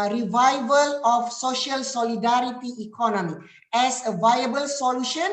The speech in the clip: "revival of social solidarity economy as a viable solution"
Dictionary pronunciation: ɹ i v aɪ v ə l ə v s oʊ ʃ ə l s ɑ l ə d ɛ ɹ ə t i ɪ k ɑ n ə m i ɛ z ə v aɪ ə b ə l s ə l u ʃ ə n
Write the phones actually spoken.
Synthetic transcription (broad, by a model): ɹ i v aɪ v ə l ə f s oʊ ʃ ə l s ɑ l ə d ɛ ɹ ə t i k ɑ n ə m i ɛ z ə v aɪ ə b ə l s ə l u ʃ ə n